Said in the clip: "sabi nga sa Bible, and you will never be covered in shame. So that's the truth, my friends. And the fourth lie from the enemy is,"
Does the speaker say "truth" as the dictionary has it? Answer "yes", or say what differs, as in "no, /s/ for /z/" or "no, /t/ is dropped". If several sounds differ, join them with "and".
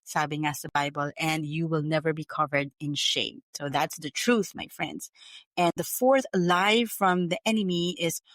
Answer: yes